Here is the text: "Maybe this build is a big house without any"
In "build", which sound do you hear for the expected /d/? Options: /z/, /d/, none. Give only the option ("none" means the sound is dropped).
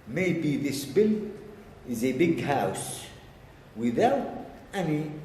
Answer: none